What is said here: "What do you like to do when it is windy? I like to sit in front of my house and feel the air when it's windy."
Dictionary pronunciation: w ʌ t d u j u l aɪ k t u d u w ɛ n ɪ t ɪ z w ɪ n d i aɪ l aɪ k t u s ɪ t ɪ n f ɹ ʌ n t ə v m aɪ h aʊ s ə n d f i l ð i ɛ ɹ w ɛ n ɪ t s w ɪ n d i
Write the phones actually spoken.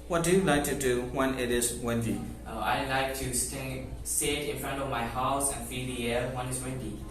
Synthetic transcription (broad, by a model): w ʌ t d u j u l aɪ k t u d u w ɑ n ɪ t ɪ s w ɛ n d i aɪ l aɪ k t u s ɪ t ɪ n f ɹ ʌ n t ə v m aɪ h aʊ s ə n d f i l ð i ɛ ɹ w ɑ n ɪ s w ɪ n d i